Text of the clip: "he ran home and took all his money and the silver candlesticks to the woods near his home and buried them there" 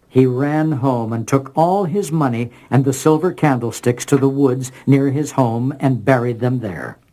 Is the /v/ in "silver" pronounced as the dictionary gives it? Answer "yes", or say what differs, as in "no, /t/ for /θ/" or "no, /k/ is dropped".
yes